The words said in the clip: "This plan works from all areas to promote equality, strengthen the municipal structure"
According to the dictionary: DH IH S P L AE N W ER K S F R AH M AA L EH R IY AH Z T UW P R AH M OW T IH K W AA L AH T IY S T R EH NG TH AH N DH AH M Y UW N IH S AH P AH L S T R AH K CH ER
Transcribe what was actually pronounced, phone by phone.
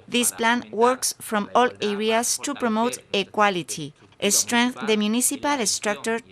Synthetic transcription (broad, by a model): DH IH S P L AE N W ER K S F R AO M AA L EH R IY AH S T UW P R AH M OW T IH K W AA L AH T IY S T R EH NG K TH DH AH M Y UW N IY S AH P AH L S T R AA K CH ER